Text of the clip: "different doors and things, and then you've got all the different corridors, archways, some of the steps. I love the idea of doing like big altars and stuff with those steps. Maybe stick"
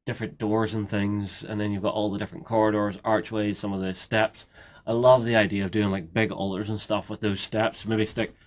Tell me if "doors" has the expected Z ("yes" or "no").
yes